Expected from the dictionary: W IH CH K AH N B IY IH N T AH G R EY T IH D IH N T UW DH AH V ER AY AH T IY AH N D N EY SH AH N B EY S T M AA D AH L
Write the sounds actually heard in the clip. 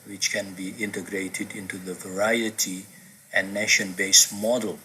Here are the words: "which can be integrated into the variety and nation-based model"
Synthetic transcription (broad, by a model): W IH CH K AH N B IY IH N T AH G R EY T IH D IH N T UW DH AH V ER AY AH T IY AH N N EY SH AH N B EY S M AA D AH L